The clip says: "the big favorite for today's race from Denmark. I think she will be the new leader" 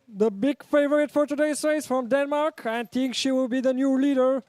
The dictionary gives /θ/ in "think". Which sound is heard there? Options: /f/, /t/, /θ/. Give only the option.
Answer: /t/